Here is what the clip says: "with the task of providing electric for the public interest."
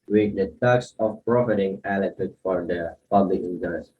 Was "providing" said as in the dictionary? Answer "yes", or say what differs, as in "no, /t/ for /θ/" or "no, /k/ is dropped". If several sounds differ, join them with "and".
no, /f/ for /v/